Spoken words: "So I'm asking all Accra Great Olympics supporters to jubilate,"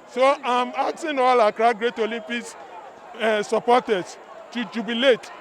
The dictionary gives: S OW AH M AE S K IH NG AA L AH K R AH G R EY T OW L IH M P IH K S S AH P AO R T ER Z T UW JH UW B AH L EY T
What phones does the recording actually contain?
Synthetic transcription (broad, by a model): S OW AH M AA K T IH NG AA L AH K R AH G R EY T OW L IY M P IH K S S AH P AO T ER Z T UW JH UW B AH L EY T